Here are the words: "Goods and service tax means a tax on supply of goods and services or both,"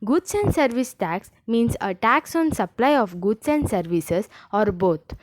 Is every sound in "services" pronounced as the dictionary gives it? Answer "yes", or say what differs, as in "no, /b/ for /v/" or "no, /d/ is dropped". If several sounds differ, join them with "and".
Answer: no, /s/ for /z/